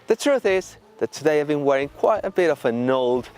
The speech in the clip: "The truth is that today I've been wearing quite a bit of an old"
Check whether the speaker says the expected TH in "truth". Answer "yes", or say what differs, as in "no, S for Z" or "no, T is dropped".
yes